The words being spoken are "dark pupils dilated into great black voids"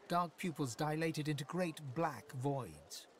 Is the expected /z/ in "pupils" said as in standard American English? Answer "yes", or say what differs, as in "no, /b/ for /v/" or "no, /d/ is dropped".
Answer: yes